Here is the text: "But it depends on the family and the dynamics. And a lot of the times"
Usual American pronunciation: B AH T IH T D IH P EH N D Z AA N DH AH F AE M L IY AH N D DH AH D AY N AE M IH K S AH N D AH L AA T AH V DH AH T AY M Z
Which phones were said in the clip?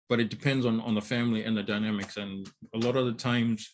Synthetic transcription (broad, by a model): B AH T IH T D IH P EH N D Z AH N DH AH F AE M L IY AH N DH AH D AY N AE M IH K S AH N AH L AA T AH V DH AH T AY M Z